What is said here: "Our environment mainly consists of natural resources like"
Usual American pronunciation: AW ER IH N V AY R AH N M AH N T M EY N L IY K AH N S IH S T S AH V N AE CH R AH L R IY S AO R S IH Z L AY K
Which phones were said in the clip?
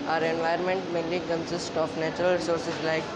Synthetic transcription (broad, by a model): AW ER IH N V AY AH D M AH N T M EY L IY K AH N S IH S T AH F N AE CH R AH L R S AO R S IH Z L AY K